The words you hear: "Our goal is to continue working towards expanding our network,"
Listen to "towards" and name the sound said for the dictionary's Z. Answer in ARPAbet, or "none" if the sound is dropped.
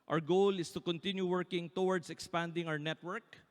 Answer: S